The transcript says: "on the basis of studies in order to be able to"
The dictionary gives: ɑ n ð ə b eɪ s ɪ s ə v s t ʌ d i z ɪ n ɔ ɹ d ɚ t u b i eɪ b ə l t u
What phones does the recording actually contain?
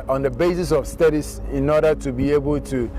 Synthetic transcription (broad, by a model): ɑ n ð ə b eɪ s ɪ s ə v s t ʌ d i s ɪ n ɔ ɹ d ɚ t u b i eɪ b ə l t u